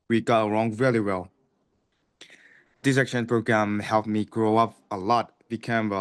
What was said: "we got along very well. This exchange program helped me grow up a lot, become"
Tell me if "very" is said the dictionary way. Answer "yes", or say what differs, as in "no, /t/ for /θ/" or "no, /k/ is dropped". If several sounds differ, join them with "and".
no, /l/ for /ɹ/